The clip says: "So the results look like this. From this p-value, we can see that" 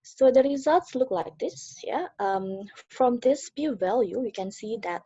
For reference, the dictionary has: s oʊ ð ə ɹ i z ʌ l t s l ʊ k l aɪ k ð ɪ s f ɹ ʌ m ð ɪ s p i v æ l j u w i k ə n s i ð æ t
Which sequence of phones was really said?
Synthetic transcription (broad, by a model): s oʊ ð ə ɹ i z ʌ l t s l ʊ k l aɪ k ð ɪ s f ɹ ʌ m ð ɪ s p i v æ l j u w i k ə n s i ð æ t